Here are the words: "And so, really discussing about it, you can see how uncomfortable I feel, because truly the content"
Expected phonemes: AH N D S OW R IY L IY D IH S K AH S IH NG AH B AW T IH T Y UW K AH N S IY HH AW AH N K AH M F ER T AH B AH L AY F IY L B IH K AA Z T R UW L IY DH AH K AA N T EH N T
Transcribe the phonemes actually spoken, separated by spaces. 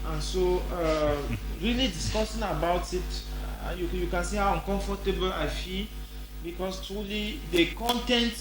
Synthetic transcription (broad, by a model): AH N S OW R IY L IY D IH S K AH S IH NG AH B AW T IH T Y UW K AH N S IY HH AW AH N K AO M F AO T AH B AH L AY F IY L B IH K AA S T R UW L IY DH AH K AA N T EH N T